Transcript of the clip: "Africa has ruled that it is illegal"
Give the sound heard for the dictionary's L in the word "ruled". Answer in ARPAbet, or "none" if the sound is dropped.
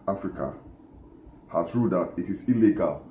none